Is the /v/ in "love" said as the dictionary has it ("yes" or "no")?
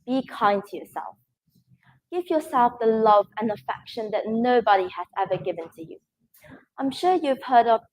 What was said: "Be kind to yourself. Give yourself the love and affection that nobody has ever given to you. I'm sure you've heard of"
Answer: yes